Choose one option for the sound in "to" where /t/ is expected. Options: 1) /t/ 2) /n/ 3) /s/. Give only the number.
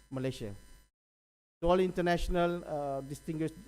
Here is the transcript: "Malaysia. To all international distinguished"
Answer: 3